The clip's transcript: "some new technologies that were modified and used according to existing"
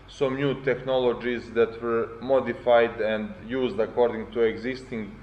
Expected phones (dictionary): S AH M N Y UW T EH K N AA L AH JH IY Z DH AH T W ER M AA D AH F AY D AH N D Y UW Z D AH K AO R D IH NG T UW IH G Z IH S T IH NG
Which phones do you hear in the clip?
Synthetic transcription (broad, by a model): S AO M N Y UW T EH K N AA L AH JH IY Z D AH T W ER M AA D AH F AY D AH N D Y UW Z D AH K AO R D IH NG T UW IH G Z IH S T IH NG